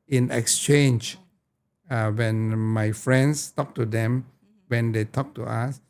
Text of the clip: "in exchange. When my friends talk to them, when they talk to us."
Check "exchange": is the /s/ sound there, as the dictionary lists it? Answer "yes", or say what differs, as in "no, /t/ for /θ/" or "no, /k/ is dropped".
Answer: yes